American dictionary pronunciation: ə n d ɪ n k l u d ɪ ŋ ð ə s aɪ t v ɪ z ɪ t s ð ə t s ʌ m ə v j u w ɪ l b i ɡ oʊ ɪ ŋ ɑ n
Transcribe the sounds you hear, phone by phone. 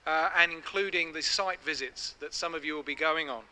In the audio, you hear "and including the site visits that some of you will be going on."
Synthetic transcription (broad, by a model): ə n ɪ n k l u d ɪ ŋ ð ə s aɪ t v ɪ z ɪ t s ð ə t s ʌ m ə v j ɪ w ɪ l b i ɡ oʊ ɪ ŋ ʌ n